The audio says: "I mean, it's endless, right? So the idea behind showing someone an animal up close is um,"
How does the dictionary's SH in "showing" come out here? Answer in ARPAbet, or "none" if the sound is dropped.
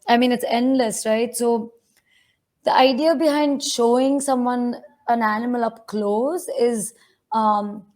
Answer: SH